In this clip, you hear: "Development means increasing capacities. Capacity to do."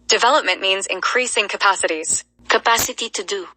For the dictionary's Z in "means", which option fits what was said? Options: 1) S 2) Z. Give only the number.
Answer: 2